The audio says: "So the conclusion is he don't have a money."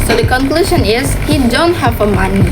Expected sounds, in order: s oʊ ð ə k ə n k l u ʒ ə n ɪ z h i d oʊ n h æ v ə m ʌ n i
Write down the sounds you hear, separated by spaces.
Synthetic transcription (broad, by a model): s oʊ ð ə k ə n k l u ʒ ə n ɪ z h i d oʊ n h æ f ə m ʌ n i